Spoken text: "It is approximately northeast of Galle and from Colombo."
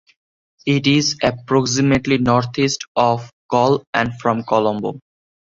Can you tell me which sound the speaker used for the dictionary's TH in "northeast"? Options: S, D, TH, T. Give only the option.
T